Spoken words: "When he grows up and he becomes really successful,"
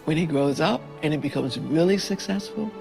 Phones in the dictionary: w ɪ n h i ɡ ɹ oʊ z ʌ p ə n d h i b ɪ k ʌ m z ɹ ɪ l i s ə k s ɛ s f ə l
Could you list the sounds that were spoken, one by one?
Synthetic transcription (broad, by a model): w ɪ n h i ɡ ɹ oʊ z ʌ p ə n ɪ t b ɪ k ʌ m z ɹ ɪ l i s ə k s ɛ s f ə l